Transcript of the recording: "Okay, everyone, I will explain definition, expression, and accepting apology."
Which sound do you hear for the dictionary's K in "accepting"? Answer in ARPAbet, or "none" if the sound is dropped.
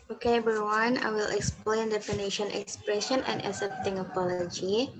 none